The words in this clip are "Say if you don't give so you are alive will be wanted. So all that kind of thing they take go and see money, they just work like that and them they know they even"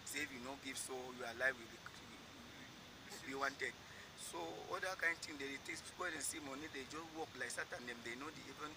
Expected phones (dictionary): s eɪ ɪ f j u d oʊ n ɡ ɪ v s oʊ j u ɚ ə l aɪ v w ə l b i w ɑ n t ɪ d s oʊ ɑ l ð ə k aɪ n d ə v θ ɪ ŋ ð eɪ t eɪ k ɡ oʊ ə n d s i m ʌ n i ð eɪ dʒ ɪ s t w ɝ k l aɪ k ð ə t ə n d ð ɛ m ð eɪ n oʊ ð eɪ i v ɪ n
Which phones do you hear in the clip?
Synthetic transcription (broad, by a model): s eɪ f j u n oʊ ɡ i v s oʊ j u ə l aɪ v w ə w b i w ɑ n t ɪ d s oʊ ɑ l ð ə k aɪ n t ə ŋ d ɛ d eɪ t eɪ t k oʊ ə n s i m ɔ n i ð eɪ dʒ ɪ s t w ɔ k l aɪ k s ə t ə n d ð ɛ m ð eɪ n oʊ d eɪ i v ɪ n